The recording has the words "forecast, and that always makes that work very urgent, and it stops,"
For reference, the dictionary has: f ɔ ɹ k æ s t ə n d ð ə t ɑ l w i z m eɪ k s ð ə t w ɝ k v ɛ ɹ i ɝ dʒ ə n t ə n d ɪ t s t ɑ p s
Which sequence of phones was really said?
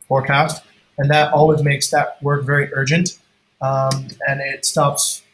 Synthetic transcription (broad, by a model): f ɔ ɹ k æ s t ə n ð ə t ɑ l w i z m eɪ k s ð ə t w ɝ k v ɛ ɹ i ɝ dʒ ə n t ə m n ɪ t s t ɑ p s